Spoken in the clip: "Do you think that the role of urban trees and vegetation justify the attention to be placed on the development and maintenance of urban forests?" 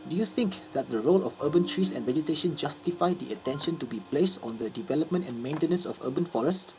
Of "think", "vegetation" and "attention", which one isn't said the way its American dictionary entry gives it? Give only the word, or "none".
none